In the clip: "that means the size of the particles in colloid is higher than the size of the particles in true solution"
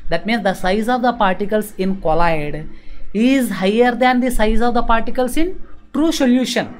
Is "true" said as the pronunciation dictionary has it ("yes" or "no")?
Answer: yes